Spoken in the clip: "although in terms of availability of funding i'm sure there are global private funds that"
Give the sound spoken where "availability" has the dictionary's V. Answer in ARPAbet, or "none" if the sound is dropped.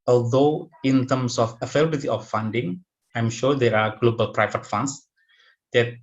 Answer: F